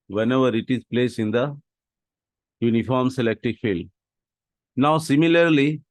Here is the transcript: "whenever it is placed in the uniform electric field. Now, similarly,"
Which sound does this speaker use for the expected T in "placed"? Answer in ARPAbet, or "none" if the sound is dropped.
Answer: none